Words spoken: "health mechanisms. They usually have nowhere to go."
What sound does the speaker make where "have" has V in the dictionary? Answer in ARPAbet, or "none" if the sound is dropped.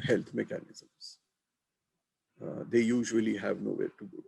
V